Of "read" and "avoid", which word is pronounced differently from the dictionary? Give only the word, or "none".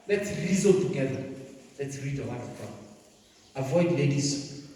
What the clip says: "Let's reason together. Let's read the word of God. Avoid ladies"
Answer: none